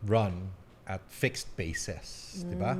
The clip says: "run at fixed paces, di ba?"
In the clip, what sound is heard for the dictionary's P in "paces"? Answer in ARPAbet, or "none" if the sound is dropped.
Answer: B